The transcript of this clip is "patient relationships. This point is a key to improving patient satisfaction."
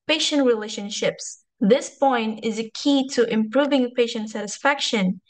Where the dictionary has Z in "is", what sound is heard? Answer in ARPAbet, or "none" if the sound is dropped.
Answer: Z